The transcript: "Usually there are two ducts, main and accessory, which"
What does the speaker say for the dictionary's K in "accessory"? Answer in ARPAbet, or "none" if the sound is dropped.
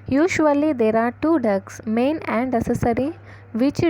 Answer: none